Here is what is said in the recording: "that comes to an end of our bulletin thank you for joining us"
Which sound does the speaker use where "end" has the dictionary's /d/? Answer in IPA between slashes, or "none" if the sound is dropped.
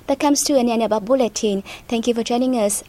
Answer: none